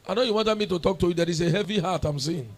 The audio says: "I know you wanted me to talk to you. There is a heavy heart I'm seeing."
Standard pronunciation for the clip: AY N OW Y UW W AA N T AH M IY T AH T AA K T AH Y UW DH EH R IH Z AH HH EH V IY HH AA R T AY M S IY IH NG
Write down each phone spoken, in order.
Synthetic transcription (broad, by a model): AY N OW Y UW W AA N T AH M IY T AH T AA K T AH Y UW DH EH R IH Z AH HH EH V IY HH AA T AY M S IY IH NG